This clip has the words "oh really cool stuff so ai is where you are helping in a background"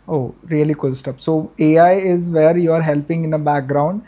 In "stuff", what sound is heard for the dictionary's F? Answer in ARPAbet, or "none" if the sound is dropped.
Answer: P